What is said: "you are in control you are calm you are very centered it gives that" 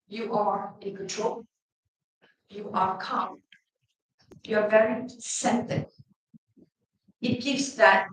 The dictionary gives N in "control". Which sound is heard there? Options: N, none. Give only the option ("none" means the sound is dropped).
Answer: none